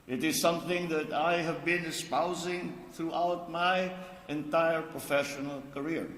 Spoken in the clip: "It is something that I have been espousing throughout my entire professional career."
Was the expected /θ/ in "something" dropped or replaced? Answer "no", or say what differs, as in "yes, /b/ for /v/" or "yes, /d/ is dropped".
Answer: no